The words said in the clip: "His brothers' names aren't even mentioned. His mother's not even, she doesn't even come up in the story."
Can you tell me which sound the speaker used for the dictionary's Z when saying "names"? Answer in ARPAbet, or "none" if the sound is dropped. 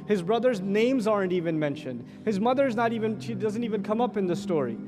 Z